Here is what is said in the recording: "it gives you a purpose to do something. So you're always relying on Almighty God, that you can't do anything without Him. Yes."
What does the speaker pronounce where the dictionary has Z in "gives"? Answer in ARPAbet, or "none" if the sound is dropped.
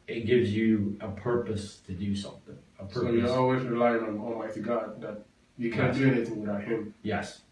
Z